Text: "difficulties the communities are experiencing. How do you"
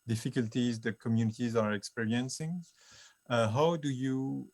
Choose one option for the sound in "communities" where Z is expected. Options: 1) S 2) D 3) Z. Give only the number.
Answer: 3